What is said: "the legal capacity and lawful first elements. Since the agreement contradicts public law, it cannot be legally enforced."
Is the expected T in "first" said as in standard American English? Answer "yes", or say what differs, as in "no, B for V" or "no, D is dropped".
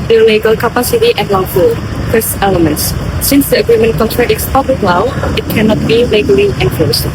no, T is dropped